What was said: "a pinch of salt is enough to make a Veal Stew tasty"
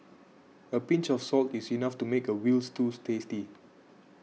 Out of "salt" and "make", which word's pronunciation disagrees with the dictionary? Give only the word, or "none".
none